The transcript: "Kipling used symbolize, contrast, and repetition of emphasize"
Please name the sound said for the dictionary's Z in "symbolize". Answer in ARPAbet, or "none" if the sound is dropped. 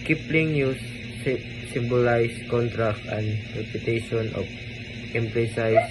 S